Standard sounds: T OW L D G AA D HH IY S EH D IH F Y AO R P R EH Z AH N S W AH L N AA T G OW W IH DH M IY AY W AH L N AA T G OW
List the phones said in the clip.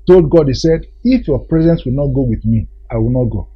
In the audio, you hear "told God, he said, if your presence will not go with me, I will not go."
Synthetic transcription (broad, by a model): T OW L D G AA D HH IY S EH D IH F Y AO P R EH Z AH N S W AH L N AA T G OW W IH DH M IY AY W AH L N AA T G OW